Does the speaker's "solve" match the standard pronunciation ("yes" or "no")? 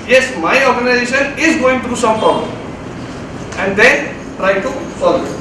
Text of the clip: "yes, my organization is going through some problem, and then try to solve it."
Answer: no